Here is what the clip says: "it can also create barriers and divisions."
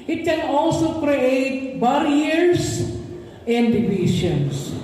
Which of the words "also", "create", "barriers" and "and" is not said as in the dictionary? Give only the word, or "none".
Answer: barriers